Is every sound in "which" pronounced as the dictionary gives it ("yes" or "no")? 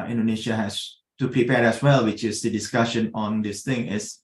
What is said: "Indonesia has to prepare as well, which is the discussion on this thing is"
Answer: yes